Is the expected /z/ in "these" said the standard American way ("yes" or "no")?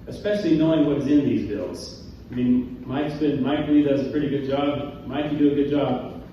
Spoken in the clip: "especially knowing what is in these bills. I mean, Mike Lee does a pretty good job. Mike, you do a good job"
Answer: yes